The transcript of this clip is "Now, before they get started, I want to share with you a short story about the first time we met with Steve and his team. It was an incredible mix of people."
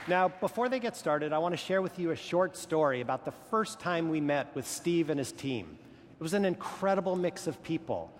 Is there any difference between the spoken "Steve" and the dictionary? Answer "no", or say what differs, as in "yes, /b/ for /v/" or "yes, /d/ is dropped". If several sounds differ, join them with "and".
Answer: no